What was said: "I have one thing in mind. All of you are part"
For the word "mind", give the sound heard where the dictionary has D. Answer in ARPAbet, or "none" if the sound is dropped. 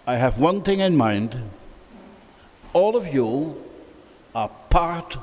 D